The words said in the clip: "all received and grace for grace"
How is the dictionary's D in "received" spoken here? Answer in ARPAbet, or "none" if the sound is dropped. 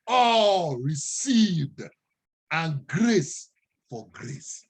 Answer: D